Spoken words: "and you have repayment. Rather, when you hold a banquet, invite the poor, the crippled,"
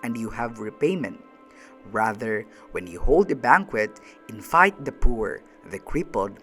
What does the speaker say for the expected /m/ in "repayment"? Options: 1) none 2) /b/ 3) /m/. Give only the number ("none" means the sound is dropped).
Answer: 3